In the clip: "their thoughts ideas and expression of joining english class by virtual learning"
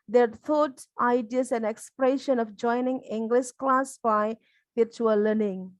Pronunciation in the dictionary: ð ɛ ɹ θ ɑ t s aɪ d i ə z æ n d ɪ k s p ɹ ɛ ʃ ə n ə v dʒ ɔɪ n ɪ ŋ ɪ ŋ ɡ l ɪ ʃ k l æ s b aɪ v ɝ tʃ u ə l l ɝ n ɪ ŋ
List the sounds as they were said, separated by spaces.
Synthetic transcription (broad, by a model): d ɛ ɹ t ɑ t aɪ d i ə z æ n ɪ k s p ɹ ɛ ʃ ə n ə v dʒ ɔɪ n ɪ ŋ ɪ ŋ ɡ l ɪ ʃ k l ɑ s b aɪ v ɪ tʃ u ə l l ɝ n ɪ ŋ